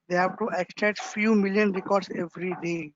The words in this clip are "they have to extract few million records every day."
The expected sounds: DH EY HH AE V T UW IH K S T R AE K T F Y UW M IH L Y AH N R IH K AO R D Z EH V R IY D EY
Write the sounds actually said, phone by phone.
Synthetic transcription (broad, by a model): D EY HH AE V T UW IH K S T EH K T F Y UW M IH L Y AH N R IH K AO R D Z EH V R IY D EY